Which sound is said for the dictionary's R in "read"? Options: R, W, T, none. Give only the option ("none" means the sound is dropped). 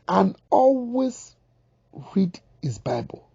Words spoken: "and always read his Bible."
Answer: R